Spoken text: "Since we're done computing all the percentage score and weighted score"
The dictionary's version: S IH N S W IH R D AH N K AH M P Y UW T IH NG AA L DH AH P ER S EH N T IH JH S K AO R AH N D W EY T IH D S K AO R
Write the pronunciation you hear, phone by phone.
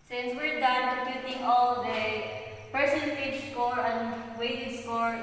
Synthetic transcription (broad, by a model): S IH N S W IH R D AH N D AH P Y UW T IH NG AA L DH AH P ER S EH N T IH JH S K AO R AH N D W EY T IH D S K AO R